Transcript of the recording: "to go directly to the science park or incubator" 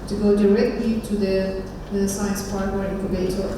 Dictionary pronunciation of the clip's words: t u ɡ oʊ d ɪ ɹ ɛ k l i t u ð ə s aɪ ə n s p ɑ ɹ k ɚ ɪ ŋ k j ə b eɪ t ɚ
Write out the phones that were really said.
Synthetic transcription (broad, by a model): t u ɡ oʊ d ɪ ɹ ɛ k l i t u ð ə s aɪ ə n s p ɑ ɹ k ɚ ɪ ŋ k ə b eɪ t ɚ